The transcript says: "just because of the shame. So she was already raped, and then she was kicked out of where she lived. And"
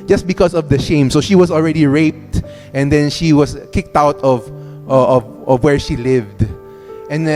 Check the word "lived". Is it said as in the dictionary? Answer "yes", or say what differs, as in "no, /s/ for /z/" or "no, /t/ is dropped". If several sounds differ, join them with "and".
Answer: yes